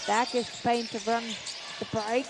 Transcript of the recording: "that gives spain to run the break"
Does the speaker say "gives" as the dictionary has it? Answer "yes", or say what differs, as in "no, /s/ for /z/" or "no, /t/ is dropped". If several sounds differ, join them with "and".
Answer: no, /v/ is dropped